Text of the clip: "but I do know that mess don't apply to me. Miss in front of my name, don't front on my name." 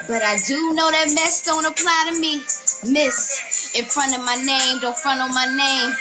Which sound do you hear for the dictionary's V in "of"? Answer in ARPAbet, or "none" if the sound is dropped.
V